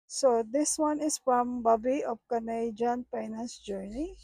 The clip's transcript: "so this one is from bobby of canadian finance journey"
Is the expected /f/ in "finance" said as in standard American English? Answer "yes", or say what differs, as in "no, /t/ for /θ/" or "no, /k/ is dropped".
no, /p/ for /f/